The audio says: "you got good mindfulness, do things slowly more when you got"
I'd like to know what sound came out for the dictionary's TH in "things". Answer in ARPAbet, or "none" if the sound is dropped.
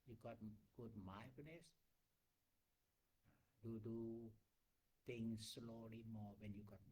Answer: T